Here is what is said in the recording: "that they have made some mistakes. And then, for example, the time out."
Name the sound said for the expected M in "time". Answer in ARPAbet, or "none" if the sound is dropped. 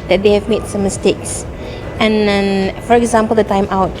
M